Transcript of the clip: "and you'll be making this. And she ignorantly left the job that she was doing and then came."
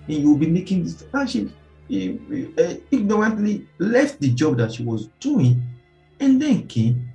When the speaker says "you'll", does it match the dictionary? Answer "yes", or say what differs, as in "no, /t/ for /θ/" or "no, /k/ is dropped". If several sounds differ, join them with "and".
no, /w/ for /l/